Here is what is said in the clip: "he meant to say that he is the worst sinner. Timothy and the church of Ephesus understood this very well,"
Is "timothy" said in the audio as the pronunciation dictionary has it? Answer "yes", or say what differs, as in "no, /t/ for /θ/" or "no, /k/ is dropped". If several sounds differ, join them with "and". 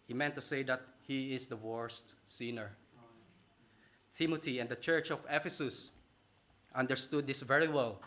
no, /t/ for /θ/